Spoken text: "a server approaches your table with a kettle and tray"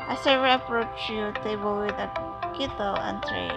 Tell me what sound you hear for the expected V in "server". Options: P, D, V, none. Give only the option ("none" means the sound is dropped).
none